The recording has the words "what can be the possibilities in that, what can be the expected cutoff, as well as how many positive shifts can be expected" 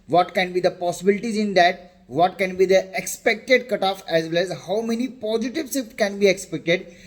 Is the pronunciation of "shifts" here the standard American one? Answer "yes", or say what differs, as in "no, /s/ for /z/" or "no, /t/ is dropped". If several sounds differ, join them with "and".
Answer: no, /s/ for /ʃ/